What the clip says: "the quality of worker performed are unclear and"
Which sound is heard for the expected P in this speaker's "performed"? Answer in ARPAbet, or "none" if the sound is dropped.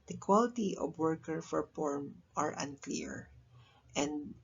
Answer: F